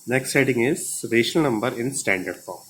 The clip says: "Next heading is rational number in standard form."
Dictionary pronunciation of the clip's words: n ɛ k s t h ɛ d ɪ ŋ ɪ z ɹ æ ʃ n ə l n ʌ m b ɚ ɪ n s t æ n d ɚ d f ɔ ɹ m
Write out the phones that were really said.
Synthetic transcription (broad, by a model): n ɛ k s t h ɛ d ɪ ŋ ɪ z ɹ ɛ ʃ ə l n ʌ m b ɚ ɪ n s t æ n d ɚ d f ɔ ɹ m